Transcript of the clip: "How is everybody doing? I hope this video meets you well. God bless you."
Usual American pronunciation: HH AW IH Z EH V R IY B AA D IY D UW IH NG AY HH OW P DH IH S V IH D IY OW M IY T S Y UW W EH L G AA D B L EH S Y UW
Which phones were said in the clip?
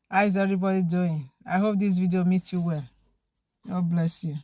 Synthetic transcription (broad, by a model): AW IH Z EH V R IY B AA D IY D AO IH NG AY HH OW P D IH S V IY D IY OW M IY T Y UW W EH L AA B L EH S Y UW